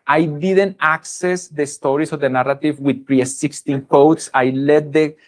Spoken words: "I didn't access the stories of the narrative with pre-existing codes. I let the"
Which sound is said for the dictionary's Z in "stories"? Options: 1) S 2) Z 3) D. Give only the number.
1